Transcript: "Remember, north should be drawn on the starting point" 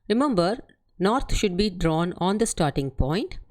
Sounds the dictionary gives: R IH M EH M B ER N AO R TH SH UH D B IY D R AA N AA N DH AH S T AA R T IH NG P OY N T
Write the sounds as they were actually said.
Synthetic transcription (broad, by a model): R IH M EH M B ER N AO R T SH UH D B IY D R AA N AA N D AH S T AA R T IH NG P OY N T